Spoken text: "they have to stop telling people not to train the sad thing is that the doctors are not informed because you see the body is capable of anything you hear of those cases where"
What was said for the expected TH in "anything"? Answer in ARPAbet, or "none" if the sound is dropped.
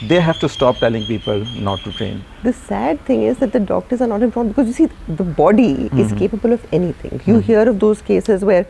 T